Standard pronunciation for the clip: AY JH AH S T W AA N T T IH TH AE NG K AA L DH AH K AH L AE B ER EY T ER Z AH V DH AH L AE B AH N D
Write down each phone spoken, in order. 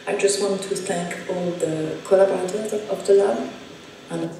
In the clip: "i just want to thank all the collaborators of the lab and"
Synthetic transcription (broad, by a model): AY JH AH S T W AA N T T IH TH AE NG K AA L DH AH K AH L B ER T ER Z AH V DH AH L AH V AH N